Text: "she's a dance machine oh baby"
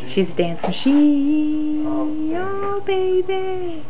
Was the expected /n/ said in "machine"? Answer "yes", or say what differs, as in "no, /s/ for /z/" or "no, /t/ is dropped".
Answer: no, /n/ is dropped